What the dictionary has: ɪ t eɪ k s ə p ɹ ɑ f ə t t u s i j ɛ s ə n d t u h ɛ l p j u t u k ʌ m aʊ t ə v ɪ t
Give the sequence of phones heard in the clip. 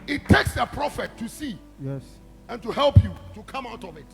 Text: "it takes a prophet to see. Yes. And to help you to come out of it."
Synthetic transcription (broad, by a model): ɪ t eɪ k s ə p ɹ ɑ f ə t t u s i j ɛ s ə n t u h ɛ l p j u t u k ʌ m aʊ t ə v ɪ t